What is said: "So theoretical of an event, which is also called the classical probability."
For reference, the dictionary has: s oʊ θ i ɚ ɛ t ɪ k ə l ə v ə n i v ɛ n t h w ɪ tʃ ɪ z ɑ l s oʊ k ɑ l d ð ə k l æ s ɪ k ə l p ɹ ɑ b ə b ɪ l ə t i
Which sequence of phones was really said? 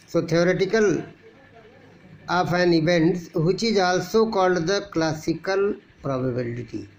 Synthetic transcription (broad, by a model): s oʊ t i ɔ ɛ t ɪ k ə l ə p ə n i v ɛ n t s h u tʃ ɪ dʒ ɑ l s oʊ k ɑ l d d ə k l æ s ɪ k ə l p ɹ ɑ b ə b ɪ l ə t i